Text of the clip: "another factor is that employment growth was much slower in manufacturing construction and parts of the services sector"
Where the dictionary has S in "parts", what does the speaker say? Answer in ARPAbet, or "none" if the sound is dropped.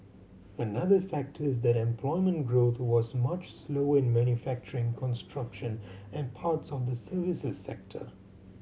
S